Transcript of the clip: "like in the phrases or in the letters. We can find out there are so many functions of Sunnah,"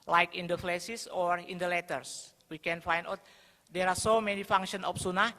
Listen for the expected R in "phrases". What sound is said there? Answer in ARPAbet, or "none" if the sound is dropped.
L